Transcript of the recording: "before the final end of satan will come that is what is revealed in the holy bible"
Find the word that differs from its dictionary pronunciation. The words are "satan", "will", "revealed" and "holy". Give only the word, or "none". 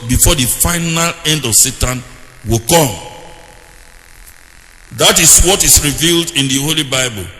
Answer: none